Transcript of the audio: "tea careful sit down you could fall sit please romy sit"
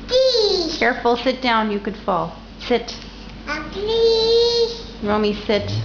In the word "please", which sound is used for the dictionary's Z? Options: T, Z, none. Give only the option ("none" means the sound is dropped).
none